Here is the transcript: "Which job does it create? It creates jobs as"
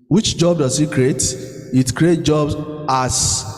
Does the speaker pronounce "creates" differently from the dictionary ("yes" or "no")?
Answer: yes